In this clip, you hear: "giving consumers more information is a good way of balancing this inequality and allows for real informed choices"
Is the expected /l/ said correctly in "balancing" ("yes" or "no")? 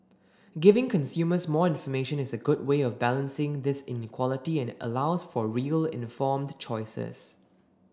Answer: yes